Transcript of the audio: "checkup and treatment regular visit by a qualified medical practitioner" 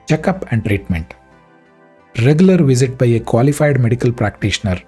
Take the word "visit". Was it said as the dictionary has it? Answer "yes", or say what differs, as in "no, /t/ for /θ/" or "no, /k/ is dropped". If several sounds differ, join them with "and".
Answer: yes